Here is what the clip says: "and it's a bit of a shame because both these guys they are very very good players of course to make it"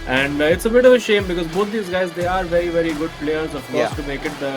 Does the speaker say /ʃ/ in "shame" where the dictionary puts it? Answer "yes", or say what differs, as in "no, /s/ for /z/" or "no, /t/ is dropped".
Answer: yes